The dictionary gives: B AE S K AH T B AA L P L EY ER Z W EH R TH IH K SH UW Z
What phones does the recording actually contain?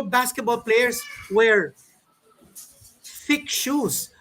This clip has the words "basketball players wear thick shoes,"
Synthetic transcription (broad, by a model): B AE S K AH T B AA L P L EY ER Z W EH R F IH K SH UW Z